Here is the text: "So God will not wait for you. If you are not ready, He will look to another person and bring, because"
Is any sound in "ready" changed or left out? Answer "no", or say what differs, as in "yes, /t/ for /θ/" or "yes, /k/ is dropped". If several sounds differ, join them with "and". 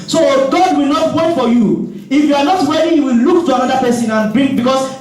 yes, /w/ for /ɹ/